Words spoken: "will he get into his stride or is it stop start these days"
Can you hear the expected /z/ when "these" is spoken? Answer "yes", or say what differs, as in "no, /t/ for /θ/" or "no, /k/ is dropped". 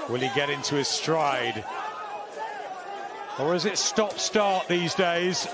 yes